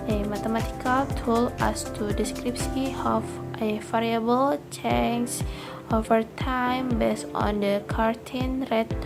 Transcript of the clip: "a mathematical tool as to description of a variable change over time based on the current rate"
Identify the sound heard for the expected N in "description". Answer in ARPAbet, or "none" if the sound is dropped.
none